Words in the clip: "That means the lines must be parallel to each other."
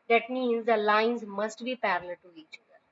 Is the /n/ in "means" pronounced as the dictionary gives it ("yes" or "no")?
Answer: yes